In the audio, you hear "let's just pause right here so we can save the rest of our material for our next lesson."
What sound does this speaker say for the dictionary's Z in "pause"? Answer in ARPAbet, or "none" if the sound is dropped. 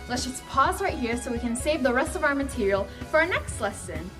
Z